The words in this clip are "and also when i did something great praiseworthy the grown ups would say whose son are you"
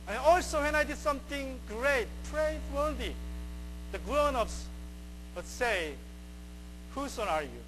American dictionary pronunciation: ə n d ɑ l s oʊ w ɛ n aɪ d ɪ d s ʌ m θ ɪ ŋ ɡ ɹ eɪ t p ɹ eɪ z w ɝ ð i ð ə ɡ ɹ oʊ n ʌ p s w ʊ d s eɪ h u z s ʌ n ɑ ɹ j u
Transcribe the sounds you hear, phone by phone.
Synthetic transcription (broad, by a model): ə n ɑ l s oʊ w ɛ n aɪ d ɪ d s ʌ m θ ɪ ŋ ɡ ɹ eɪ t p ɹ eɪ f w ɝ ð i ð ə ɡ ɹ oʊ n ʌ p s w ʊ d s eɪ h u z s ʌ ɑ ɹ j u